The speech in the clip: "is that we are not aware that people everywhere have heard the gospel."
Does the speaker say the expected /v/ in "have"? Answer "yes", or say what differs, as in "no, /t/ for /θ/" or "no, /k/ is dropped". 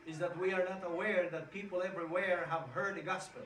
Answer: yes